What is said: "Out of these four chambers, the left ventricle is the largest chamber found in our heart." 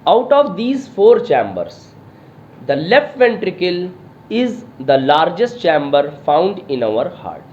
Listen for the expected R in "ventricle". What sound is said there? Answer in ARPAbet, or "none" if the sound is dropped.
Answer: R